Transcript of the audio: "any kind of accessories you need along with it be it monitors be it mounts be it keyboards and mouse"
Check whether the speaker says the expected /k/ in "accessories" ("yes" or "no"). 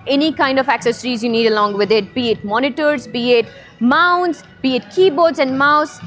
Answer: yes